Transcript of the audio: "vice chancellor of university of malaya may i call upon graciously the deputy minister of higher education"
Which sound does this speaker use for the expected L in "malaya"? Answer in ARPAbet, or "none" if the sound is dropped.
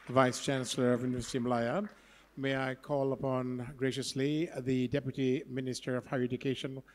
none